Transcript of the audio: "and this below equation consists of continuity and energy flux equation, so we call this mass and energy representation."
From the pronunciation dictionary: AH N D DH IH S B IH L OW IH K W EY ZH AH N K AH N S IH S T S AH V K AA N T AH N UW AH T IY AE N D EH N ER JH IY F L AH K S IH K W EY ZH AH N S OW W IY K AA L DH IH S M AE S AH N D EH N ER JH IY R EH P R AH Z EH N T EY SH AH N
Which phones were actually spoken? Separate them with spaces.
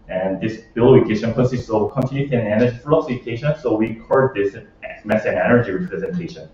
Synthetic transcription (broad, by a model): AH N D DH IH S B IH L OW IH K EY SH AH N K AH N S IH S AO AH K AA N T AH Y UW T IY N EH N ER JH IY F AH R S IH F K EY SH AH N S OW W IY K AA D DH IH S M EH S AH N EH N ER JH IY R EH P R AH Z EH N T EY SH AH N